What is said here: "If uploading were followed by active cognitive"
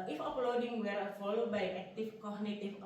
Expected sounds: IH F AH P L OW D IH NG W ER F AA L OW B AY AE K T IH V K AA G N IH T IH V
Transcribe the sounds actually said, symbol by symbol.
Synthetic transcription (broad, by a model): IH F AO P L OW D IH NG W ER F AA L OW B AY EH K T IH F K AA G N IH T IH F